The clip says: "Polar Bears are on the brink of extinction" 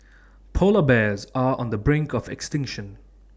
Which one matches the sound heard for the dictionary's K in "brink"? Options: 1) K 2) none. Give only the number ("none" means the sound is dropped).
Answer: 1